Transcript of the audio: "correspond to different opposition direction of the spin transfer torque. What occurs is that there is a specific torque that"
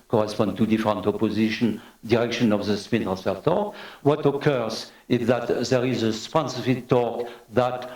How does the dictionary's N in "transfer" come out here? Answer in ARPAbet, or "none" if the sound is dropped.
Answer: none